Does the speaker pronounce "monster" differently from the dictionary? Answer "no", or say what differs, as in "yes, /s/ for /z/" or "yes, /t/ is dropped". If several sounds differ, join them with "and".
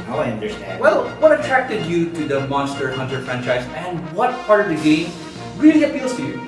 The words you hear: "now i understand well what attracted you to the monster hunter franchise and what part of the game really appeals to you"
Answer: no